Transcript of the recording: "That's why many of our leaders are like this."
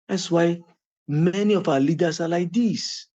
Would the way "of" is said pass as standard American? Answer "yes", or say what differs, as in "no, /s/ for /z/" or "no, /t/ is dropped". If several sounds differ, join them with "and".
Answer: no, /f/ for /v/